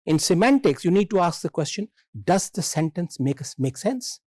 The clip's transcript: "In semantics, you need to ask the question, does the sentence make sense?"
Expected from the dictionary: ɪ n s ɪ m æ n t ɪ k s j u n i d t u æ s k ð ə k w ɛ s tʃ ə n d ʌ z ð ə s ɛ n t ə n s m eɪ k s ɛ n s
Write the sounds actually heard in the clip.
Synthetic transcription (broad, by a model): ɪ n s ɪ m æ n t ɪ k s j u n i d t u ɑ s k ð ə k w ɛ s tʃ ə n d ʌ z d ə s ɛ n t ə n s m eɪ k s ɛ n s